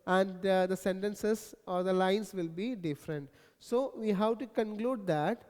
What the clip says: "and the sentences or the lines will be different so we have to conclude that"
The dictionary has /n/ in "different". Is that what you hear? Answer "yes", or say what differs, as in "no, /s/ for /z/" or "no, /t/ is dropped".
yes